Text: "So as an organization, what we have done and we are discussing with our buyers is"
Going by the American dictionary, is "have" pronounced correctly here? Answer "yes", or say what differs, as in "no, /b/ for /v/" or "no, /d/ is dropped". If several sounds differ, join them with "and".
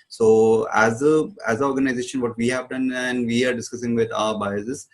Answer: yes